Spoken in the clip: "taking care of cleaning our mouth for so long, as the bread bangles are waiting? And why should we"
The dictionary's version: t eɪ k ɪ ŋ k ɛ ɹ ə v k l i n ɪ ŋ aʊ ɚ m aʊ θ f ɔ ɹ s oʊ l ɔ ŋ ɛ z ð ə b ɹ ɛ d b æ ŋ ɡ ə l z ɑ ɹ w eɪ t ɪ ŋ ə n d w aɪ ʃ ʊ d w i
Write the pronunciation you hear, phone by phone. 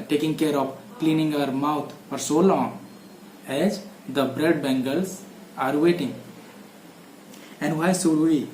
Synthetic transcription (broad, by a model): t eɪ k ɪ ŋ k ɛ ɹ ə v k l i n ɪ ŋ aʊ ɚ m aʊ t f ɔ ɹ s oʊ l ɔ ŋ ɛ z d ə b ɹ ɛ d b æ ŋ ɡ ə l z ɑ ɹ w eɪ t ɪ ŋ ə n d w aɪ s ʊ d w i